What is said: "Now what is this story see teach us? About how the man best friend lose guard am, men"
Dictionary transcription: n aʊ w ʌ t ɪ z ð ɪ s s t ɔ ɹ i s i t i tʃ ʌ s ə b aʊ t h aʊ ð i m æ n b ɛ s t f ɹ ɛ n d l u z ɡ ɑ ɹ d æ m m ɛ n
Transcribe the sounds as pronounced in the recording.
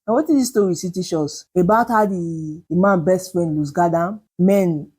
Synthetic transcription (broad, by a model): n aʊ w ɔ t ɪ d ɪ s s t ɔ ɹ i s i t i ʃ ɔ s ə b aʊ t h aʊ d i m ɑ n b ɛ s t f ɹ ɛ n d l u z ɡ ɑ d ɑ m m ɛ n